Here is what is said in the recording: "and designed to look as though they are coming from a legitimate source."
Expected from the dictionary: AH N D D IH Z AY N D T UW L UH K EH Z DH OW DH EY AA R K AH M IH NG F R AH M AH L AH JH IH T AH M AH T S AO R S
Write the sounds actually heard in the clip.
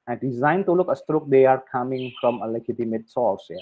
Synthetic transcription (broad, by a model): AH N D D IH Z AY N T UW L UH K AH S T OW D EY AA R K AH M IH NG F R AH M AH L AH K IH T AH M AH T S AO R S